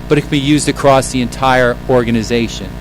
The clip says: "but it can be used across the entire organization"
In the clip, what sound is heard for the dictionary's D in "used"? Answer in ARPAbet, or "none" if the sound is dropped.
D